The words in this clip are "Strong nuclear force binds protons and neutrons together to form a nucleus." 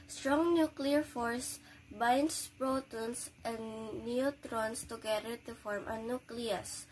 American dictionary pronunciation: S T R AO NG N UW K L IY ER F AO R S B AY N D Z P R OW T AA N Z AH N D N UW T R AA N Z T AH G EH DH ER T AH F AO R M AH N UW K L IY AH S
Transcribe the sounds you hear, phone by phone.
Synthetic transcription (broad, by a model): S T R AO NG N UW K L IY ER F AO R S B AY N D S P R OW T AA N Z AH N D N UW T R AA N S T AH G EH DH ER T AH F AO R M AH N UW K L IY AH S